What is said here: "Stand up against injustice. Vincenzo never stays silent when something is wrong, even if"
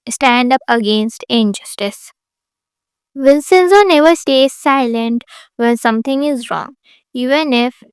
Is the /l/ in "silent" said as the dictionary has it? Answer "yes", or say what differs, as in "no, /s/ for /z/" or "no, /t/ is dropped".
yes